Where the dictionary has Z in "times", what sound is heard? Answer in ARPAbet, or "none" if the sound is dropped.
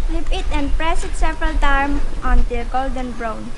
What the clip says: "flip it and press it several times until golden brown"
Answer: none